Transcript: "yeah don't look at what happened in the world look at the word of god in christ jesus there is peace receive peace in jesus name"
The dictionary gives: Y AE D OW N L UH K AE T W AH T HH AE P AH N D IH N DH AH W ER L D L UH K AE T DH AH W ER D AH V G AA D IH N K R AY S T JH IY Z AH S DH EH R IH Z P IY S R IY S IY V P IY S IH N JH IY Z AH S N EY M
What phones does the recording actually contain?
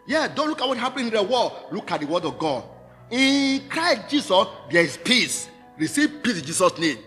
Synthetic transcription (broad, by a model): Y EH D OW N L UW K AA T W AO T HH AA P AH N IH N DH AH W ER D L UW K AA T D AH W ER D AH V G AA D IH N K R AY S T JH IY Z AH S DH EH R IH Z P IY S R IY S IY V P IY S IH N JH IY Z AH S N EY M